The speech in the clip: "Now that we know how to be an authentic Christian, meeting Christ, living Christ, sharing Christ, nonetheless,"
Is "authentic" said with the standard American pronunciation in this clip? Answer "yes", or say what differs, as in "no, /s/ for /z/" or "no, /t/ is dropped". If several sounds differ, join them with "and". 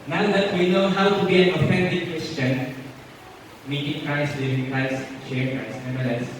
no, /f/ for /θ/ and /s/ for /t/